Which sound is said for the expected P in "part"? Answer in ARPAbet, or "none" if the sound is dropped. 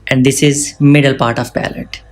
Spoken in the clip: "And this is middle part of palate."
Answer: P